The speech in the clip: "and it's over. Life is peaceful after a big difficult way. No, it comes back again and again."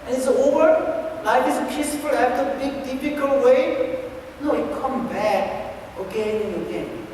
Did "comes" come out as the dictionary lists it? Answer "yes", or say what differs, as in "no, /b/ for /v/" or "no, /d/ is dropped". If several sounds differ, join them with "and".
no, /z/ is dropped